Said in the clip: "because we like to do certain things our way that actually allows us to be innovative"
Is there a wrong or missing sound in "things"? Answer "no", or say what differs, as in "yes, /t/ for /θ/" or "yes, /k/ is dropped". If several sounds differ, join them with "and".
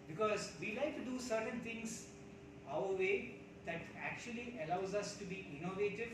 yes, /t/ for /θ/